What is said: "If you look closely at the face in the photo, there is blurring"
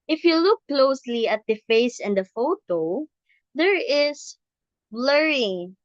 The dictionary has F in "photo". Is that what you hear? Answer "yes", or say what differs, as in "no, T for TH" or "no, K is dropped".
yes